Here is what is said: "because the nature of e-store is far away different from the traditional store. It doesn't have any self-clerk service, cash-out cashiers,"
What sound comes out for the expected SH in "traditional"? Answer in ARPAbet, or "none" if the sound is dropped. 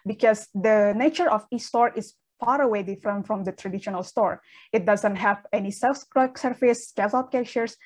SH